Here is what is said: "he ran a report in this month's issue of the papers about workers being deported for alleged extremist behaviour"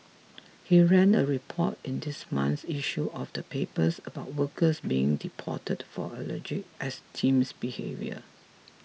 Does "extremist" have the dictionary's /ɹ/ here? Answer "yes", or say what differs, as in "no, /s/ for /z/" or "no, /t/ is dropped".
no, /ɹ/ is dropped